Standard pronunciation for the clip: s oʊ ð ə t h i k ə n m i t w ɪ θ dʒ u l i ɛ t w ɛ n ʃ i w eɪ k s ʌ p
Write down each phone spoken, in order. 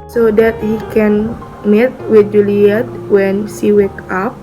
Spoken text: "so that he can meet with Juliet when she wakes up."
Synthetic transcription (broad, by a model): s oʊ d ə t h i k ə n m i t w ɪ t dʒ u l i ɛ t w ɛ n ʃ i w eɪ k ɑ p